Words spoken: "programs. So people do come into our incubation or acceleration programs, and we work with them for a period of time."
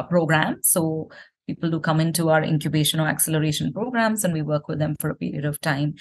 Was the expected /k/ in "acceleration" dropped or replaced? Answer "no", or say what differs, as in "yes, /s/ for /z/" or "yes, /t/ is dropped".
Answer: no